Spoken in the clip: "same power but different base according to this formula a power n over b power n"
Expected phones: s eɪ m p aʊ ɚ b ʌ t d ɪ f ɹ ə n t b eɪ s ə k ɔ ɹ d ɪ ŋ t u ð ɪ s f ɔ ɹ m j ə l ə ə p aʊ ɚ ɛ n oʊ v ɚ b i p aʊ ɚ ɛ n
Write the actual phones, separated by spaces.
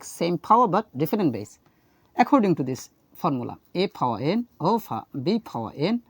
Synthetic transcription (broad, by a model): s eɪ m p aʊ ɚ b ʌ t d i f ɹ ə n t b eɪ s ə k ɔ ɹ d ɪ ŋ t u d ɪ s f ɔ ɹ m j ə l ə ə p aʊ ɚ ɛ n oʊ p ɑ b i p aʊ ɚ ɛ n